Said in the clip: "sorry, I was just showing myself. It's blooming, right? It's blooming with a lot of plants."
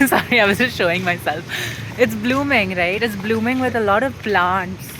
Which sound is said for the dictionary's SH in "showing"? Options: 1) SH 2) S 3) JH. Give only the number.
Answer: 1